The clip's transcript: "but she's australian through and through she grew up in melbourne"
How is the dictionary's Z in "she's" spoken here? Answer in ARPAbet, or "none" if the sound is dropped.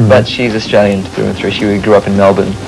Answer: Z